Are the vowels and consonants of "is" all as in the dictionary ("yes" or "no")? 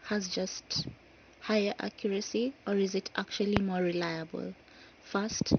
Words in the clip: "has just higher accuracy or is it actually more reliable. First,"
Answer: yes